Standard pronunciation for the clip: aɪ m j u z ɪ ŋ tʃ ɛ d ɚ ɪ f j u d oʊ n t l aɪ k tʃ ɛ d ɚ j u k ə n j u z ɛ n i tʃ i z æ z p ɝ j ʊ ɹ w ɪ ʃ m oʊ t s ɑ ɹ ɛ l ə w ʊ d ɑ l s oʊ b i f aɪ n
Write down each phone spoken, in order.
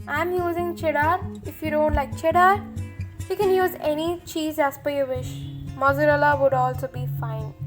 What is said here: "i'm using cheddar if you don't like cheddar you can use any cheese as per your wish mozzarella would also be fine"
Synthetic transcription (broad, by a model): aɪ m j u z ɪ ŋ tʃ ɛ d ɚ ɪ f j u d oʊ n t l aɪ k tʃ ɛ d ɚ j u k ə n j u z ɛ n i tʃ i z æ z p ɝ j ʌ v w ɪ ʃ m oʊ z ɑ ɹ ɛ l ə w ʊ d ɑ l s oʊ b i f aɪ n